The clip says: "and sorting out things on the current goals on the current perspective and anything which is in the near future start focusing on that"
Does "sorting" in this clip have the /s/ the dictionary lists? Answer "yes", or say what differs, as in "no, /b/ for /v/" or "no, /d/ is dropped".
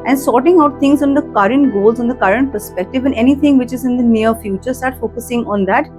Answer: yes